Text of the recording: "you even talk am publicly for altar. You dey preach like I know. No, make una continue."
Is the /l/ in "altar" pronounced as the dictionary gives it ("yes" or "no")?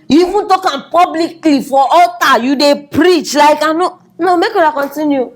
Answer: no